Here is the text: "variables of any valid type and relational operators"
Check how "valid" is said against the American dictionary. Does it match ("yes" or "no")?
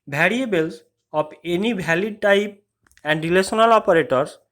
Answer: no